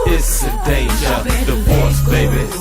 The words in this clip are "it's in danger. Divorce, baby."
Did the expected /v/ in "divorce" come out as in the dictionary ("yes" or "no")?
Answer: no